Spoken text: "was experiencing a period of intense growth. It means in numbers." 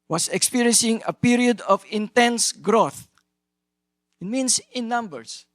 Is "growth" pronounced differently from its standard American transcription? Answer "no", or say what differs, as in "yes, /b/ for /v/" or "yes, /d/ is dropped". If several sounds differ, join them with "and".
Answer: no